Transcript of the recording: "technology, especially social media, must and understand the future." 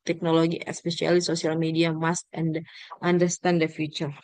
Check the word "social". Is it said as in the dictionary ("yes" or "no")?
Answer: no